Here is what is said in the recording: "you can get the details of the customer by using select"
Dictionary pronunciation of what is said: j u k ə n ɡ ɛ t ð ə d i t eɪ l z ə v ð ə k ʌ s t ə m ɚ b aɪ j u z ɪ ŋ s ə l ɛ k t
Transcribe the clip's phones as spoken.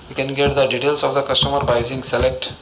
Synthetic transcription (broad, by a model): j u k ə n ɡ ɛ t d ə d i t eɪ l s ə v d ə k ʌ s t ə m ɚ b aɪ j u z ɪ ŋ s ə l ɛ k t